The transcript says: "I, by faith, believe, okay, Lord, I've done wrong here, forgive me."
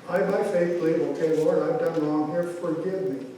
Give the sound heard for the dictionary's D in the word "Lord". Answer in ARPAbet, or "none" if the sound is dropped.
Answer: none